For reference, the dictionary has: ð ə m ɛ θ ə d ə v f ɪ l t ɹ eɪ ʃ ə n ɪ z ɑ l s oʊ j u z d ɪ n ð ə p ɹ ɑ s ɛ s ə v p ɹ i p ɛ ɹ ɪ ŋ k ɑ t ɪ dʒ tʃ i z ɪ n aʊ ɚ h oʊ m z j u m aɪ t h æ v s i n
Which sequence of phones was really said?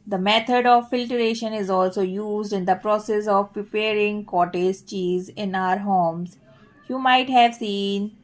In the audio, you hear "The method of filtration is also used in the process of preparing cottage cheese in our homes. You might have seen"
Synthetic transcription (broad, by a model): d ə m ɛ t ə d ə v f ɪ l t ɹ eɪ ʃ ə n ɪ z ɑ l s oʊ j u z d ɪ n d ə p ɹ ɑ s ɛ s ə v p ɹ i p ɛ ɹ ɪ ŋ k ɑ t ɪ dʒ tʃ i z ɪ n aʊ ɚ h oʊ m z j u m aɪ t h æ v s i n